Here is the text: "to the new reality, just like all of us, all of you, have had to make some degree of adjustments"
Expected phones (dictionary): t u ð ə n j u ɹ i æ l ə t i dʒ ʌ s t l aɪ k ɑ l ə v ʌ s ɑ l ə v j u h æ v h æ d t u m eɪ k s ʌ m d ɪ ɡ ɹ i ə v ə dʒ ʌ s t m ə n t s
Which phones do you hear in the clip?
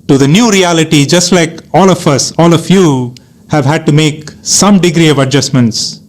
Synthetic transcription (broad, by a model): t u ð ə n j u ɹ i æ l ə t i dʒ ʌ s t l aɪ k ɑ l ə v ʌ s ɑ l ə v j u h æ v h æ d t u m eɪ k s ʌ m d ɪ ɡ ɹ i ə v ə dʒ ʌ s m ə n t s